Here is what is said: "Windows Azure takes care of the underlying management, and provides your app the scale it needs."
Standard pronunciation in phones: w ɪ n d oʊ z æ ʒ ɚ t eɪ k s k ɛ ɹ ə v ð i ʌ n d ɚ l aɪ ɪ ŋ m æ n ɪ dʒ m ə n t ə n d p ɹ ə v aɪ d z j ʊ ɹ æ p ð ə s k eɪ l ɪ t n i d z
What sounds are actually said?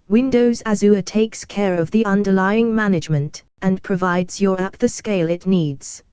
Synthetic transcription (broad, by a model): w ɪ n d oʊ z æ z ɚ t eɪ k s k ɛ ɹ ə v ð i ʌ n d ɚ l aɪ ɪ ŋ m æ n ɪ dʒ m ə n t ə n p ɹ ə v aɪ d z j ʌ ɹ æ p ð ə s k eɪ l ɪ t n i d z